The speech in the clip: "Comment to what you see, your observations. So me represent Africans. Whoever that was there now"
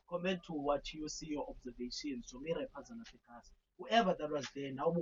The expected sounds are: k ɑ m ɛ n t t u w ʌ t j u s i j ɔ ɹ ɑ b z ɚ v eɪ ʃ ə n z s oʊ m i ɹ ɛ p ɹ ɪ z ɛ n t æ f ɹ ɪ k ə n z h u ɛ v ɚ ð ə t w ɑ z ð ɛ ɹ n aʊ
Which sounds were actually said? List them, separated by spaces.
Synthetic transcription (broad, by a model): k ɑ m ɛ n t t u w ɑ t j u s i j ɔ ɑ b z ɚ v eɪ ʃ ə n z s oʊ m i ɹ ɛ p ɪ z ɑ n ɑ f ɪ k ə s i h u ɛ v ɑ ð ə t w ɑ z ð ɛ n aʊ